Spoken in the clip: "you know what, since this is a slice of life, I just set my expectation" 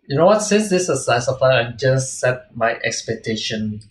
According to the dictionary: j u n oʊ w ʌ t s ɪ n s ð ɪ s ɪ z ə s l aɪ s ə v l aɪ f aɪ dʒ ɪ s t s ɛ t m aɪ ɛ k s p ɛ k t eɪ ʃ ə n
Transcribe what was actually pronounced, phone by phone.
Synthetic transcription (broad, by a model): j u n oʊ w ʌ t s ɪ n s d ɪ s ə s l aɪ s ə f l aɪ aɪ dʒ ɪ s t s ɛ t m aɪ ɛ k s p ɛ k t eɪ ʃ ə n